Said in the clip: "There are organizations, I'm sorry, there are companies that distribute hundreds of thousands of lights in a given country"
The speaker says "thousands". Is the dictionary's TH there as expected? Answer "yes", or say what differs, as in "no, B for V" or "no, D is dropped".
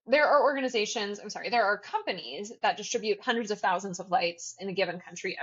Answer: yes